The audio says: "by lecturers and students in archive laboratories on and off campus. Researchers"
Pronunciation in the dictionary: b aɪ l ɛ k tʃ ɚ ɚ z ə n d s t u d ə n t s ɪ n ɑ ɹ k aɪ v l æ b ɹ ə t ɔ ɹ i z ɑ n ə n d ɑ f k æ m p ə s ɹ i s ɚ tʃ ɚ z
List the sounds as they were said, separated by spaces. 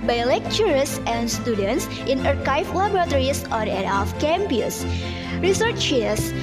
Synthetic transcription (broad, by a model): b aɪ l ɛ k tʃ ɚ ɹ s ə n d s t u d ə n t s ɪ n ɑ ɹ k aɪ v l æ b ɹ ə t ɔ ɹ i s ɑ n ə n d ɑ f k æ m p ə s ɹ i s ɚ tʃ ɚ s